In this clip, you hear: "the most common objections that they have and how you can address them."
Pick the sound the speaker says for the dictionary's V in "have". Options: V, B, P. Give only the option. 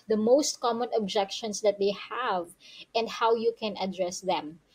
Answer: V